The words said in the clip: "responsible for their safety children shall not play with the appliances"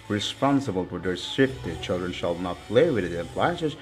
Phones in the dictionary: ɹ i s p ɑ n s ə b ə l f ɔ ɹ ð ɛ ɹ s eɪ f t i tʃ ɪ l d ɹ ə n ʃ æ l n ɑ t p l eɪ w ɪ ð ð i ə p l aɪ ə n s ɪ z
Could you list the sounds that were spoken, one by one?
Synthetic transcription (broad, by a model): ɹ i s p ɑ n s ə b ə l f ɔ ɹ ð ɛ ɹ s eɪ f t i tʃ ɪ l d ɹ ə n ʃ æ l n ɑ t p l eɪ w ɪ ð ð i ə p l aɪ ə n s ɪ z